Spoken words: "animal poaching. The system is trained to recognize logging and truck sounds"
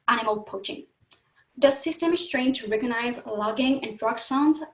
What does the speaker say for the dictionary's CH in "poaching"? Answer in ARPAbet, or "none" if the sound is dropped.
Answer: CH